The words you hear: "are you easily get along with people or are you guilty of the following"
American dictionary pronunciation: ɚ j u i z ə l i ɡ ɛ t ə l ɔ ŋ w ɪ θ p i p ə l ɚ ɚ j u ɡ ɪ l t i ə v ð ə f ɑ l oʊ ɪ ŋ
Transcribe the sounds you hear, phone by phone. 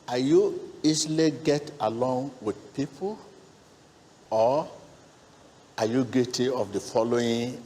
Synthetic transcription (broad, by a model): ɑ j u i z l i ɡ ɛ t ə l ɔ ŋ w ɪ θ p i p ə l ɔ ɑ j u ɡ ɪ t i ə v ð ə f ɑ l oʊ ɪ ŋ